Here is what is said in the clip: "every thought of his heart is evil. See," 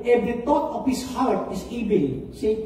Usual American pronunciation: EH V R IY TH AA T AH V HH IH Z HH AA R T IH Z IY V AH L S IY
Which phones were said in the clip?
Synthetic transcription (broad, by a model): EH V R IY T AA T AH F HH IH S HH AA R T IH S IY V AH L S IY